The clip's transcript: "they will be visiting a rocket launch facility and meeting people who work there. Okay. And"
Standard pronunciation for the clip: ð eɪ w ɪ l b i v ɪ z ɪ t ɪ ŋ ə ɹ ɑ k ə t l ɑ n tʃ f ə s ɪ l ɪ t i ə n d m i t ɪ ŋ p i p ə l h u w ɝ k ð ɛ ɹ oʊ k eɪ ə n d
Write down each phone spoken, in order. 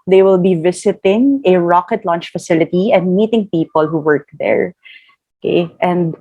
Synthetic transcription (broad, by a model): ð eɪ w ɪ l b i v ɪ s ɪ t ɪ ŋ ə ɹ ɑ k ə t l ɑ n tʃ f ə s ɪ l ɪ t i ə n d m i t ɪ ŋ p i p ə l h u w ɝ k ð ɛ ɹ oʊ k eɪ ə n d